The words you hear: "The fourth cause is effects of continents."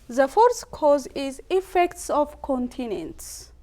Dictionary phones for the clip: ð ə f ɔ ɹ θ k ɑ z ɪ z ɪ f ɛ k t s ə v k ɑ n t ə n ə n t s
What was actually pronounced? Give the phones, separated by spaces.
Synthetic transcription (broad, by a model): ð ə f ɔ ɹ s k ɑ z ɪ z ɪ f ɛ k t s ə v k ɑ n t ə n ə n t s